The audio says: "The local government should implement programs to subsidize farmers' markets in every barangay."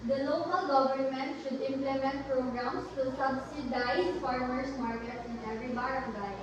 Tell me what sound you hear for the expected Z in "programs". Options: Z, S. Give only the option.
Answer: S